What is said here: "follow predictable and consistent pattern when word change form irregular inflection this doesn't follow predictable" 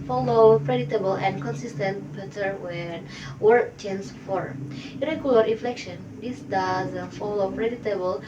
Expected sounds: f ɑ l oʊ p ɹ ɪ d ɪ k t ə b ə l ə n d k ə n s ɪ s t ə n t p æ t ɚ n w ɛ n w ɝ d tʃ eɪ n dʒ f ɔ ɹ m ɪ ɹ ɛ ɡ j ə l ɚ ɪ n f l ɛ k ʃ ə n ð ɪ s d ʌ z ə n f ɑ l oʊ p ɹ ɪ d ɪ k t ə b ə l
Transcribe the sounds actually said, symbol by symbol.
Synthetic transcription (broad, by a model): f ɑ l oʊ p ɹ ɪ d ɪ t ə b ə l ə n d k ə n s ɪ s t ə n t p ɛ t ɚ w ɛ n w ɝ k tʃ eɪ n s f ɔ ɹ ɪ ɹ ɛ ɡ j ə l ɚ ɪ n f l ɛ k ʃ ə n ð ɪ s d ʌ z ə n f ɑ l oʊ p ɹ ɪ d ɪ t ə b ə l